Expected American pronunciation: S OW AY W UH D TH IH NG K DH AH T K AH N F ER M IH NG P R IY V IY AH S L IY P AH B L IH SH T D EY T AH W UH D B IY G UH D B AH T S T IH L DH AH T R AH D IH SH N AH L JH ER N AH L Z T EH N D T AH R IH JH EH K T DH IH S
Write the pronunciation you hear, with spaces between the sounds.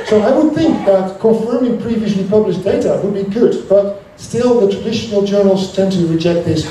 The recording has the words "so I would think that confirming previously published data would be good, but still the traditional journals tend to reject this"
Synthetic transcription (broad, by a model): S OW AY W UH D TH IH NG K DH AH T K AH F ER M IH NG P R IY V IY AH S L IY P AH B L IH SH D EY T AH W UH D B IY G UH D B AH T S T IH L DH AH T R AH D IH SH N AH L JH ER N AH L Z T EH N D T AH R IH JH EH K T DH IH S